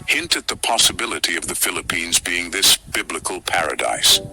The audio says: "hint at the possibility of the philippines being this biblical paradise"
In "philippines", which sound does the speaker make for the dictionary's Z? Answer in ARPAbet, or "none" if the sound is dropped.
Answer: Z